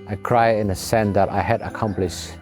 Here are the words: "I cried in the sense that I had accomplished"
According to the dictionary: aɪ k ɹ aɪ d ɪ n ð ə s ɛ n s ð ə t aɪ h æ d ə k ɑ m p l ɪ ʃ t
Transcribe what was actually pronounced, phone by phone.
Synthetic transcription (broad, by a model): aɪ k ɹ aɪ ɪ n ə s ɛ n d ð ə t aɪ h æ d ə k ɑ m p l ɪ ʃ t